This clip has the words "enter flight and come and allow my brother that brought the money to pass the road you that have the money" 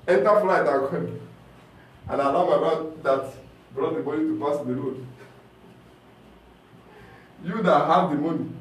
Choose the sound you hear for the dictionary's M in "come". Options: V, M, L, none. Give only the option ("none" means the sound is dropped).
none